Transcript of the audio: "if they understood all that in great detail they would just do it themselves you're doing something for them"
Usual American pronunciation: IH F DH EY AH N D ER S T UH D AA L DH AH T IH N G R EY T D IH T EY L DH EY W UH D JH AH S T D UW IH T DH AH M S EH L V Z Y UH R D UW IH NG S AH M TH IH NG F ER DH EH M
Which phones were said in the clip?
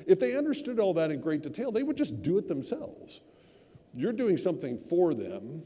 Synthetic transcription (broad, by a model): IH F DH EY AH N D ER S T UH D AA L DH AH T IH N G R EY T D IH T EY L DH EY W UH D JH AH S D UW IH T DH AH M S EH L V Z Y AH R D UW IH NG S AH M TH IH NG F ER DH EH M